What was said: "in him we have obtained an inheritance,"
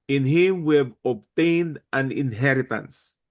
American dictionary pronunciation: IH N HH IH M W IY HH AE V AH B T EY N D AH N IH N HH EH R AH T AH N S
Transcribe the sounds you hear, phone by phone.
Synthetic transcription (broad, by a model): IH N HH IH M W IY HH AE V AH B T EY N D AH N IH N HH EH R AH T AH N S